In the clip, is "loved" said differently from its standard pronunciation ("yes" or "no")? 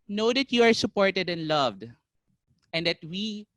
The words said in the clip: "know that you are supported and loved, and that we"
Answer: no